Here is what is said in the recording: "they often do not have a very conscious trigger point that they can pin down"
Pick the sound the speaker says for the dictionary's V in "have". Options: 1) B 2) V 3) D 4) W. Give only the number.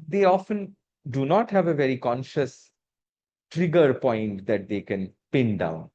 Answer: 2